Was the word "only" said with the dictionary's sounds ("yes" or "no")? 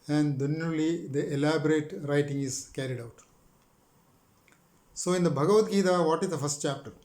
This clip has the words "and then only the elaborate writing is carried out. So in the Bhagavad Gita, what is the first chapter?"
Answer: no